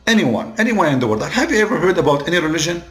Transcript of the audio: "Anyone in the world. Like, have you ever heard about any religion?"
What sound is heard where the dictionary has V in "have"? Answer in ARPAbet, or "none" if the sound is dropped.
V